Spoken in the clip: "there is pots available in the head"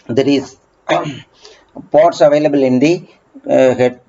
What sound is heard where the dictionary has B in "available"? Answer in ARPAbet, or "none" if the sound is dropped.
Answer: B